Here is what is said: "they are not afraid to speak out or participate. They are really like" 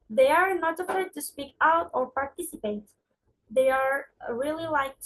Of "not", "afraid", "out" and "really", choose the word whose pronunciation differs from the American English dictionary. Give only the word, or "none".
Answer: afraid